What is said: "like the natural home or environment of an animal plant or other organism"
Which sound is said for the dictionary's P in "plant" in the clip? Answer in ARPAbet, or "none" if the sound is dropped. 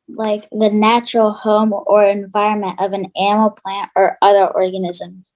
P